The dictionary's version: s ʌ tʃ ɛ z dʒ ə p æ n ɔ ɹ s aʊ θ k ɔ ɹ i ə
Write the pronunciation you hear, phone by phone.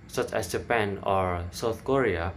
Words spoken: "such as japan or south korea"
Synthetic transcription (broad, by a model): s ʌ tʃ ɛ s dʒ ə p æ n ɔ ɹ s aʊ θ k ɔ ɹ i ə